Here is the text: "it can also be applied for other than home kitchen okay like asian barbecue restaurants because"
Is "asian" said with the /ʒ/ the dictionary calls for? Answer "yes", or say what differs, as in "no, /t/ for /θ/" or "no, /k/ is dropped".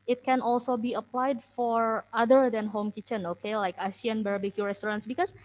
no, /s/ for /ʒ/